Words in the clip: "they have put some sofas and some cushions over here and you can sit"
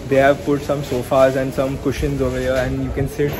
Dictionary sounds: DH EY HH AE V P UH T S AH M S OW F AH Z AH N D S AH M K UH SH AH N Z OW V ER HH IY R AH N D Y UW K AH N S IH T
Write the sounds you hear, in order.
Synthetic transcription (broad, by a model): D EY HH AE V P UH T S AH M S OW F AH Z AH N D S AH M K UH SH AH N Z OW V ER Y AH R AH N D Y UW K AH N S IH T